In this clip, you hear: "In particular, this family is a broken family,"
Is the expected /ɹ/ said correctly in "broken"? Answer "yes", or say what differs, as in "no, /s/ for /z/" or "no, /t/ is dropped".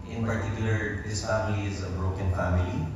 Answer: yes